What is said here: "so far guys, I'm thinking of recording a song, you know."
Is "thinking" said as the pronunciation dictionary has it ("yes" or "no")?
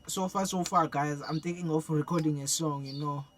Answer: no